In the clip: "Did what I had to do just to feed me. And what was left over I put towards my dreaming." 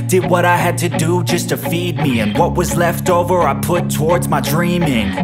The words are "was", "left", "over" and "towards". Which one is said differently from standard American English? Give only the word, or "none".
none